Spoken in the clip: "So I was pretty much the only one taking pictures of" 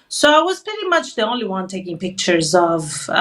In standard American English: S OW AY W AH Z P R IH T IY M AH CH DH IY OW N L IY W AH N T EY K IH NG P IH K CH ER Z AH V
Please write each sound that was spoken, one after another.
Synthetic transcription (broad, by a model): S OW AY W AH Z P R IH T IY M AH CH DH IY OW N L IY W AH N T EY K IH NG P IH K CH ER Z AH V